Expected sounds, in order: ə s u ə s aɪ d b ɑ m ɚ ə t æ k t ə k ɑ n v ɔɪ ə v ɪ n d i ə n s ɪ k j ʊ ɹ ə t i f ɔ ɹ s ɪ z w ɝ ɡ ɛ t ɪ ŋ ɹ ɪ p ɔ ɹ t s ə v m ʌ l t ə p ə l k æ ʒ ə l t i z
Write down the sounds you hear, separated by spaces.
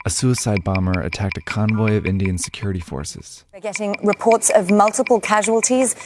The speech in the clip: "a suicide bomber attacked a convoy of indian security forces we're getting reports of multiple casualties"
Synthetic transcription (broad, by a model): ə s u ə s aɪ d b ɑ m ɚ ə t æ k t ə k ɑ n v ɔɪ ə v ɪ n d i ə n s ɪ k j ʊ ɹ ə t i f ɔ ɹ s ɪ z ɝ ɡ ɛ t ɪ ŋ ɹ ɪ p ɔ ɹ t s ə v m ʌ l t ə p ə l k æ ʒ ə l t i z